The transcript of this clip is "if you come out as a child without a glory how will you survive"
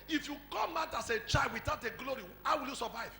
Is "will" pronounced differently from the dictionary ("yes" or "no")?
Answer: no